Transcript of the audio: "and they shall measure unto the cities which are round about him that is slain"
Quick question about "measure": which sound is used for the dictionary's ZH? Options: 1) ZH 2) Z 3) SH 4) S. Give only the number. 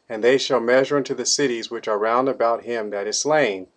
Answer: 1